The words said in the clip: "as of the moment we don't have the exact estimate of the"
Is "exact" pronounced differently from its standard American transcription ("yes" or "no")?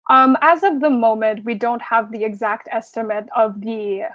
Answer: no